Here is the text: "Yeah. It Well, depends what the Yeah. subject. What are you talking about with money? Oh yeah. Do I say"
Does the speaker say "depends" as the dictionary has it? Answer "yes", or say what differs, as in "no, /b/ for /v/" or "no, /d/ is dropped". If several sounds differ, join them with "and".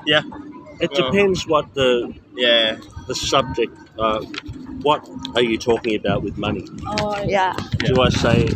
yes